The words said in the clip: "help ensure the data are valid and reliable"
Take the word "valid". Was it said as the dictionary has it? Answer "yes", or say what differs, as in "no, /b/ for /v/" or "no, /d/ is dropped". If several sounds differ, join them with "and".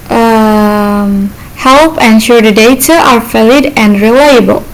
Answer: no, /f/ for /v/